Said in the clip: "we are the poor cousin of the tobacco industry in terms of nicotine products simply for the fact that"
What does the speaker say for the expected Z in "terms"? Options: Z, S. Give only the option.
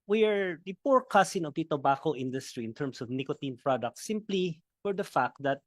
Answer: S